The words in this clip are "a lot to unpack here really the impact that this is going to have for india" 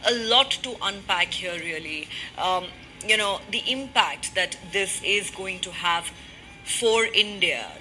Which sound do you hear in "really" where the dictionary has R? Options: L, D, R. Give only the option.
L